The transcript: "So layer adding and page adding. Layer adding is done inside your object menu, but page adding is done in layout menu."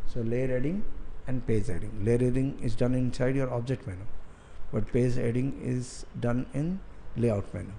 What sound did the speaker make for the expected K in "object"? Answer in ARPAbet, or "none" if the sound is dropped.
K